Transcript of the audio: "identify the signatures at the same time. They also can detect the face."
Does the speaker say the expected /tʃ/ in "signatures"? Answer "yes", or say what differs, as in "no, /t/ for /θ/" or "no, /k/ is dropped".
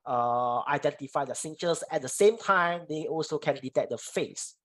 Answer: no, /s/ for /tʃ/